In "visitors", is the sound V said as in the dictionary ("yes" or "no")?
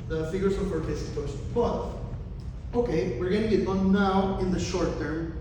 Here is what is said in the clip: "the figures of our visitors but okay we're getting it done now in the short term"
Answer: no